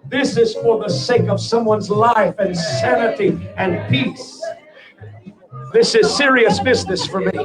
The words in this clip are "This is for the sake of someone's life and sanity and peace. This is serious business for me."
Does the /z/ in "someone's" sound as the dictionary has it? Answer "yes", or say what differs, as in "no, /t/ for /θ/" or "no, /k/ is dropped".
yes